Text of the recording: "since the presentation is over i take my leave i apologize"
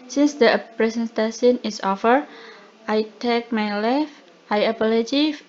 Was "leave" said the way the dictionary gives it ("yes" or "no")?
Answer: no